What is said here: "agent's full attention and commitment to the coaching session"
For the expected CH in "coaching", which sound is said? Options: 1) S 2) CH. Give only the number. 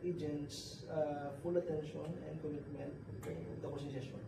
1